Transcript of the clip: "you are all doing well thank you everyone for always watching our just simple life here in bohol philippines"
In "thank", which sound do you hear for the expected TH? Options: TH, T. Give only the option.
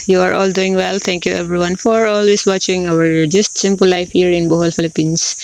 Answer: T